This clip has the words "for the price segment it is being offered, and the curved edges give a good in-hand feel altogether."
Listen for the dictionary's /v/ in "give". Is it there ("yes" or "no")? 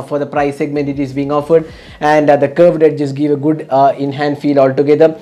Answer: yes